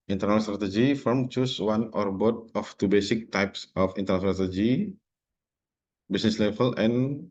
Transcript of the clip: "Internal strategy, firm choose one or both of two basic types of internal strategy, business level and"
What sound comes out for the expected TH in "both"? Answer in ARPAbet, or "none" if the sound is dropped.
T